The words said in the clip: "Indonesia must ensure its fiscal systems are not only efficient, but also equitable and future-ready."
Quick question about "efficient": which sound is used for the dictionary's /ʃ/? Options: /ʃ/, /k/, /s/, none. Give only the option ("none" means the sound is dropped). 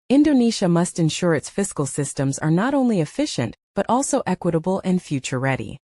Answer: /ʃ/